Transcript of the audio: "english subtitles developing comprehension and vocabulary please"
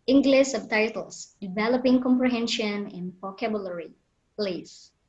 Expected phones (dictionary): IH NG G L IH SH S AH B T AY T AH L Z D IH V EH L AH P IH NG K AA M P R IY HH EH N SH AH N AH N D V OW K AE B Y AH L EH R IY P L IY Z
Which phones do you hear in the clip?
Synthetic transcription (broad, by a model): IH NG G L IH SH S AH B T AY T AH L S D IH V EH L AH P IH NG K AA M P R IY HH EH N SH AH N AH N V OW K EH B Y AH L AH R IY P L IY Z